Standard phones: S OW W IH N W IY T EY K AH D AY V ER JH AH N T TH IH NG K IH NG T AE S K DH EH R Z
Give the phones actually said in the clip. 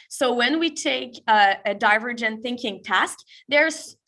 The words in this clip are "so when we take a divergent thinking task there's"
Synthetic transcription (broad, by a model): S OW W IH N W IY T EY K AH D AY V ER JH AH N TH IH NG K IH NG T AE S K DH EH R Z